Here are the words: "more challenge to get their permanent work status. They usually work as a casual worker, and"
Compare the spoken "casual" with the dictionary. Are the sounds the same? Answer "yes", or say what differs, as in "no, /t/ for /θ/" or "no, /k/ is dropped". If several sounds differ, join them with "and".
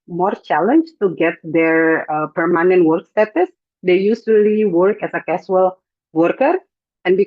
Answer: no, /s/ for /ʒ/